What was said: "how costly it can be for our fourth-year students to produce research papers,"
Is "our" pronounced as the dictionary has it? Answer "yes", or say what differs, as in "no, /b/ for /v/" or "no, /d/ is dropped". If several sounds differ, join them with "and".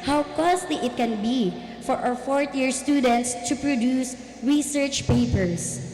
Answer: no, /w/ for /ɹ/